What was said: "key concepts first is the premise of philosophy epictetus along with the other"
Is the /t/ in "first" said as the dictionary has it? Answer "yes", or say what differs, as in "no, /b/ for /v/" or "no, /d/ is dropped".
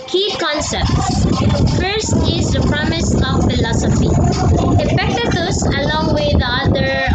yes